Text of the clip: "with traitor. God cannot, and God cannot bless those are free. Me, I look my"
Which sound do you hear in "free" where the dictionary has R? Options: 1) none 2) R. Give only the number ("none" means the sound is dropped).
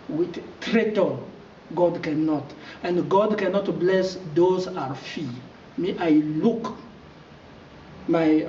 1